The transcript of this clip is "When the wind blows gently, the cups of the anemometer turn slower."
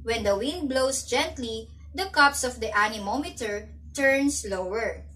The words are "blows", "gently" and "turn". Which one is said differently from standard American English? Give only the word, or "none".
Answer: blows